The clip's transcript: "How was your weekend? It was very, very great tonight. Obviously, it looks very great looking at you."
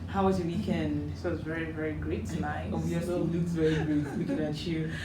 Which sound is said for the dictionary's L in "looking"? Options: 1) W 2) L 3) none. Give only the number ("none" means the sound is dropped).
1